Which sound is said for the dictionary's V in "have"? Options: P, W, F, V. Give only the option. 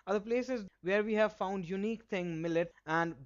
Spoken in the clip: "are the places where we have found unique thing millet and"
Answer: V